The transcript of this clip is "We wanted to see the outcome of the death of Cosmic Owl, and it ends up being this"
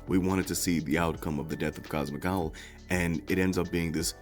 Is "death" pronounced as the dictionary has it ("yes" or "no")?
yes